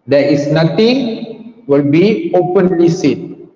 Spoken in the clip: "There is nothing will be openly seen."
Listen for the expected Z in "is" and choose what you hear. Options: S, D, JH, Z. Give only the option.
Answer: S